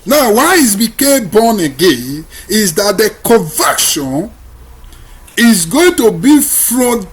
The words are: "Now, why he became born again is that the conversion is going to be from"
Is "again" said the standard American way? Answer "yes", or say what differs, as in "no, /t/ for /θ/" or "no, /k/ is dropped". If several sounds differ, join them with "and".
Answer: yes